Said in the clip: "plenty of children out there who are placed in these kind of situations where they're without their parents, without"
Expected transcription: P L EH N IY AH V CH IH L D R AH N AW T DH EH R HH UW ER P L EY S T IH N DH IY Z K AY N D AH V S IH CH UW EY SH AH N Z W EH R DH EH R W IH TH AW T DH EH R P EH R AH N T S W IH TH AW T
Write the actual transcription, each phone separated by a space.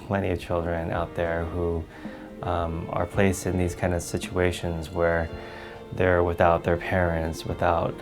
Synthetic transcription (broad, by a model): P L EH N IY AH V CH IH L D R AH N AW T DH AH R HH UW ER P L EY S T IH N DH IY Z K AY N D AH V S IH CH UW EY SH AH N Z W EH R DH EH R W IH TH AW T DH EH R P EH R AH N T S W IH TH AW T